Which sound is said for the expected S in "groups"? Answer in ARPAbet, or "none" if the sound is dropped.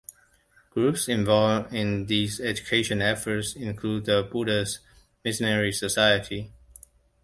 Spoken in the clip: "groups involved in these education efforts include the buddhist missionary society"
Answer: S